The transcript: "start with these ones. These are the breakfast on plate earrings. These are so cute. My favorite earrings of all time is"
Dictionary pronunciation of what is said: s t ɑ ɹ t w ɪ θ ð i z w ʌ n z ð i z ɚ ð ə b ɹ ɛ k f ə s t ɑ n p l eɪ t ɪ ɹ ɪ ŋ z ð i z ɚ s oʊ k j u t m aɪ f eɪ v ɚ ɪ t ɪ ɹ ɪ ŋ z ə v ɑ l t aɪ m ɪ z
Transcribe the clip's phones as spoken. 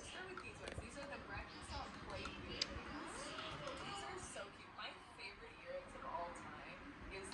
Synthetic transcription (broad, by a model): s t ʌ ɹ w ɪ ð i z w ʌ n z ð i z ɚ ð ə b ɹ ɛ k ə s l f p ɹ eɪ ɪ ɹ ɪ z ð i z ɚ s oʊ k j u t m aɪ f eɪ v ɚ ɪ t ɪ ɹ ɪ ŋ z ə v ɑ l t aɪ m ɪ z